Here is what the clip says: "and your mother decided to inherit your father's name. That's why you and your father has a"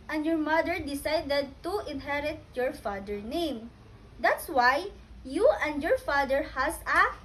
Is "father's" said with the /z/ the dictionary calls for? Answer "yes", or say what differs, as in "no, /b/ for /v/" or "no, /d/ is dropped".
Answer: no, /z/ is dropped